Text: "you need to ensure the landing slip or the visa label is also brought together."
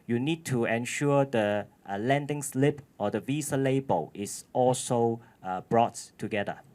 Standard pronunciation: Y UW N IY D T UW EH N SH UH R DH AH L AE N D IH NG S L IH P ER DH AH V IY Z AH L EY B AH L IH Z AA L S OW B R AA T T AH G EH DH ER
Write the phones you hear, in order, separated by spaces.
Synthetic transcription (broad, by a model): Y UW N IY D T UW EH N SH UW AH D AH L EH N D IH NG S L IH P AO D AH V IY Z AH L EY B AH L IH S AA L S OW B R AA T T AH G EH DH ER